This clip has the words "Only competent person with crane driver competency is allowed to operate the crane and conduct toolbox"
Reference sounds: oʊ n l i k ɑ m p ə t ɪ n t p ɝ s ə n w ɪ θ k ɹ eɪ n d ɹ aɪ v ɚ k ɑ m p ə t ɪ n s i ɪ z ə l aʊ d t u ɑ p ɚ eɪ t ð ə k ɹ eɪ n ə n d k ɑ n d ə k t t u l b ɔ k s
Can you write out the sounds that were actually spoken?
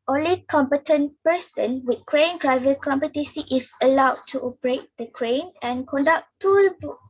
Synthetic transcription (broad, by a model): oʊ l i k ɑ m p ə t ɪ n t p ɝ s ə n w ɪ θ k ɹ eɪ n d ɹ aɪ v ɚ k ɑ m p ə t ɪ s i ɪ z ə l aʊ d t u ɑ p ɚ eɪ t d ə k ɹ eɪ n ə n k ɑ n d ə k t t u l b